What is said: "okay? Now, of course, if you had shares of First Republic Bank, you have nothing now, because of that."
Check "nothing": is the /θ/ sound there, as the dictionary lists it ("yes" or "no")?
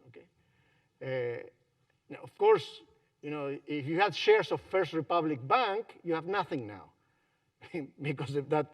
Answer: yes